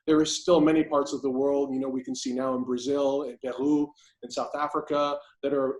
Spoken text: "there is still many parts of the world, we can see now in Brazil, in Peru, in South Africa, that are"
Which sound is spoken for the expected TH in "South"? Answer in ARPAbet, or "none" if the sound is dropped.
TH